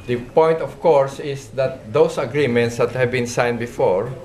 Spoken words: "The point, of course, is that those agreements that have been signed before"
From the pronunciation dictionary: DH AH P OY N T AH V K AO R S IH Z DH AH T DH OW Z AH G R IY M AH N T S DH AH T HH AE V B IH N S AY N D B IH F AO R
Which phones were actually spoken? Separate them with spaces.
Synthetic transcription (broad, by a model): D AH P OY N T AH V K AO R S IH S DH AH T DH OW S AH G R IY M AH N T S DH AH T HH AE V B IH N S AY N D B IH F AO R